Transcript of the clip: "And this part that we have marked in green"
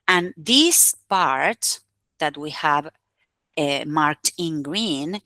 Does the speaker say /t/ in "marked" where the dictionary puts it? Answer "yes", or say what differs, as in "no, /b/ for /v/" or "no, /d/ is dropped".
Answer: yes